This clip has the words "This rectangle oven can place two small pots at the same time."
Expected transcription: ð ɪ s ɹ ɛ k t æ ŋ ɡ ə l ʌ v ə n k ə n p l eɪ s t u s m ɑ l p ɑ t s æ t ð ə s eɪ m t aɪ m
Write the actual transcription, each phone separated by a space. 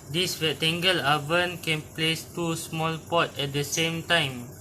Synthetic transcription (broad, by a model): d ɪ s w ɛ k t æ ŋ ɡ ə l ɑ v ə n k ə n p l eɪ s t u s m ɑ l p ɑ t ɛ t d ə s eɪ m t aɪ m